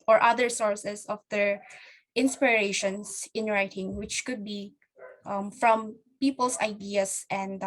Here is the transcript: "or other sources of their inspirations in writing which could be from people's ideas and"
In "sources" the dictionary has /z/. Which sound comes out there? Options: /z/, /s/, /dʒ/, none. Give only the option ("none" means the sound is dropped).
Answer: /s/